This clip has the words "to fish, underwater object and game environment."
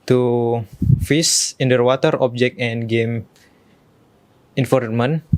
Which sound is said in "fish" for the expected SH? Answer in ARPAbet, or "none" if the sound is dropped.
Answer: S